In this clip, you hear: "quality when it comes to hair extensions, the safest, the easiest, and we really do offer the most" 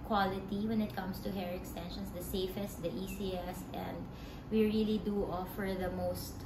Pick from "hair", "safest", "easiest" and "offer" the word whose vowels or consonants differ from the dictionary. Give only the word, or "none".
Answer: easiest